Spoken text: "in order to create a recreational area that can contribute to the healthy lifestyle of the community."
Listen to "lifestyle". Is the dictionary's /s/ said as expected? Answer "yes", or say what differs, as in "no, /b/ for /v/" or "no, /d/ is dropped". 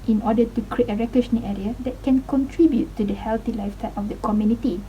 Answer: no, /s/ is dropped